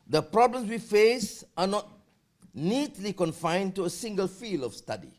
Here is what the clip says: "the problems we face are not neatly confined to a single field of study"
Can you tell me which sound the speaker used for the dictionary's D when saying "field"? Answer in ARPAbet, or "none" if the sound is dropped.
none